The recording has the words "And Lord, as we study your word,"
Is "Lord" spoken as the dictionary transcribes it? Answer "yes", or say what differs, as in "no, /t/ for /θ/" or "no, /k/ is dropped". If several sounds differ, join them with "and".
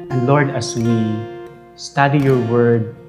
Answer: yes